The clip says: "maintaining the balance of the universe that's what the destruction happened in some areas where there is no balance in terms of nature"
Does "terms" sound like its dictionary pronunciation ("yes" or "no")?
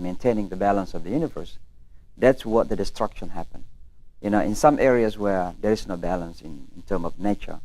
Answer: no